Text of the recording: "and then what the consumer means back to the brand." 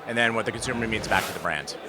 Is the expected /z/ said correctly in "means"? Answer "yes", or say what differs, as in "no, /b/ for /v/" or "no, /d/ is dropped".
yes